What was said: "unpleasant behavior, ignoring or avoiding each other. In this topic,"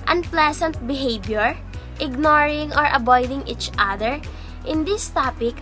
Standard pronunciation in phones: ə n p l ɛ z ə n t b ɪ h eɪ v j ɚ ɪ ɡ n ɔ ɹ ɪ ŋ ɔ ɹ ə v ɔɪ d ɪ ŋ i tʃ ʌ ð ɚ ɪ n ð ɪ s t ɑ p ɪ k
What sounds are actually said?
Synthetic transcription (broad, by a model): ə n p l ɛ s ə n t b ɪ h eɪ b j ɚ ɪ ɡ n ɔ ɹ ɪ ŋ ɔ ɹ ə b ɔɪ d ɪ ŋ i tʃ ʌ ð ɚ ɪ n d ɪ s t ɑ p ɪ k